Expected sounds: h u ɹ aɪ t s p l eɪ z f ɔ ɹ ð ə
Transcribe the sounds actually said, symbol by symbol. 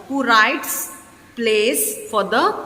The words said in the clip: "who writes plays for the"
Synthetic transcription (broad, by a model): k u ɹ aɪ t s p l eɪ s f ɔ ɹ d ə